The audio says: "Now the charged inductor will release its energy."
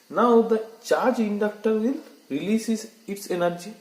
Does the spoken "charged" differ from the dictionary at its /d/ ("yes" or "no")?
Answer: yes